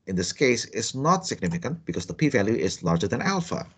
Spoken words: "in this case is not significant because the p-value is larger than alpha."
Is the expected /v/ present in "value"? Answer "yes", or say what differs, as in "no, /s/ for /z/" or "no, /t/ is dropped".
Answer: yes